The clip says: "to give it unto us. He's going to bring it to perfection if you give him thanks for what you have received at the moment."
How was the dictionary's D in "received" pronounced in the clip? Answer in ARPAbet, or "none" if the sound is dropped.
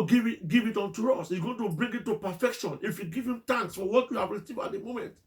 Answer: none